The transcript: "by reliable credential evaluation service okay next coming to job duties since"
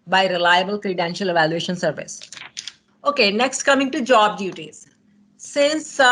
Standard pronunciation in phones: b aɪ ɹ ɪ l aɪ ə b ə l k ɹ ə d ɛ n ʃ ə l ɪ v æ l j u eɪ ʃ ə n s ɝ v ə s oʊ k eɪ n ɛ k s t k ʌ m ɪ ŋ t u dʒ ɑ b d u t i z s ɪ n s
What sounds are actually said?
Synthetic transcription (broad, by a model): b aɪ ɹ ɪ l aɪ ə b ə l k ɹ ə d ɛ n ʃ ə l ɪ v æ l j u eɪ ʃ ə n s ɝ v ə s oʊ k eɪ n ɛ k s t k ʌ m ɪ ŋ t u dʒ ɑ b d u t i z s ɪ n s